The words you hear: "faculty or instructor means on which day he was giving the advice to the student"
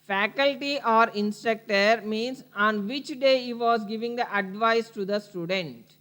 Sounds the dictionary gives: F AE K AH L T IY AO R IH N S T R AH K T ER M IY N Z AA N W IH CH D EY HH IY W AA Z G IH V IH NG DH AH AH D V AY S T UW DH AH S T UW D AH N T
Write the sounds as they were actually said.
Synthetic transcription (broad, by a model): F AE K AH L T IY AO R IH N S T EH K T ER M IY N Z AA N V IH CH D EY HH IY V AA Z G IH V IH NG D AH AH D V AY S T UW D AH S T UW D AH N T